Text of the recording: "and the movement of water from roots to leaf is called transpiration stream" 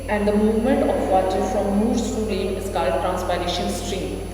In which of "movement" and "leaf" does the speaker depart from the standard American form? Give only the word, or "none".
leaf